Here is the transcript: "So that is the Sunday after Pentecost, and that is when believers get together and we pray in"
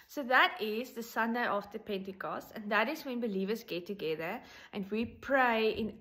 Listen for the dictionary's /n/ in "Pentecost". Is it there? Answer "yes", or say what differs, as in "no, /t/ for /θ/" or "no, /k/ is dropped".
yes